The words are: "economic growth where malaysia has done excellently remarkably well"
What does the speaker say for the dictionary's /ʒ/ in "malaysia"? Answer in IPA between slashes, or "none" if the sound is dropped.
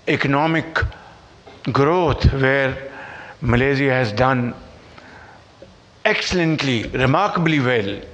/z/